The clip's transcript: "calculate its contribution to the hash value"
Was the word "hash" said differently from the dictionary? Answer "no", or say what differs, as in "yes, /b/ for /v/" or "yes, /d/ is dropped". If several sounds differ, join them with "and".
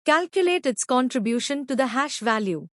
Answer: no